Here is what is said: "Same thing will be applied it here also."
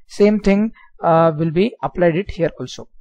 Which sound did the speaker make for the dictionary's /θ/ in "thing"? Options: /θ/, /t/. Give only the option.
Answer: /t/